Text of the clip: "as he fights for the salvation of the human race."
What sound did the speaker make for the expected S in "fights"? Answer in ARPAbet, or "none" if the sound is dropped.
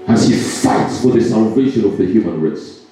S